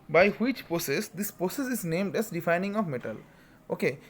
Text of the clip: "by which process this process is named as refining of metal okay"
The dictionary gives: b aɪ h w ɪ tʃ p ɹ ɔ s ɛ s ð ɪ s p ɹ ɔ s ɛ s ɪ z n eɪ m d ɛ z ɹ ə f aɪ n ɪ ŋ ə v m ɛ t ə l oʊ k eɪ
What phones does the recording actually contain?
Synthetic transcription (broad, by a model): b aɪ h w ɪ tʃ p ɹ ɔ s ɛ s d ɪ s p ɹ ɔ s ɛ s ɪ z n eɪ m d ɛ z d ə f aɪ n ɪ ŋ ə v m ɛ t ə l oʊ k eɪ